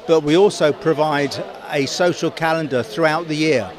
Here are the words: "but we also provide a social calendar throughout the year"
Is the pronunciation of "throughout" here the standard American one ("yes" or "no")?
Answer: yes